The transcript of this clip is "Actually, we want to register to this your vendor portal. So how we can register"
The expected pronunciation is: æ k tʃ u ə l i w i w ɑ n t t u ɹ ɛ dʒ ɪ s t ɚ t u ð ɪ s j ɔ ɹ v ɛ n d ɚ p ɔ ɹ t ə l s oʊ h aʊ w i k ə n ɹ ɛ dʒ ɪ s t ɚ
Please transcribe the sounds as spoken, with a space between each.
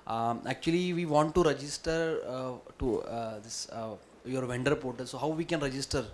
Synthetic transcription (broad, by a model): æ k tʃ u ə l i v i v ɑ n t t u ɹ ɛ dʒ ɪ s t ɚ t u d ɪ s j ɔ ɹ v ɛ n d ɚ p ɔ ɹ t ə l s oʊ h aʊ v i k ə n ɹ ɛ dʒ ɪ s t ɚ